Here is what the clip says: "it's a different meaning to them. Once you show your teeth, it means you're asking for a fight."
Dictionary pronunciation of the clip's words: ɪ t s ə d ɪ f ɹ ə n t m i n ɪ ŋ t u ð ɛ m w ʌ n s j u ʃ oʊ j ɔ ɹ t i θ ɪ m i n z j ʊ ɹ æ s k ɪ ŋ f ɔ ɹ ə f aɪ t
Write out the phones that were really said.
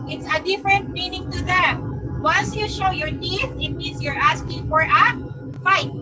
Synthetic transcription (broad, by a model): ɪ t s ə d ɪ f ɹ ə n t m i n ɪ ŋ t u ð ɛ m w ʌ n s j u ʃ oʊ j ɔ ɹ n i s ɪ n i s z j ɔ ɹ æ s k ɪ ŋ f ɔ ɹ ə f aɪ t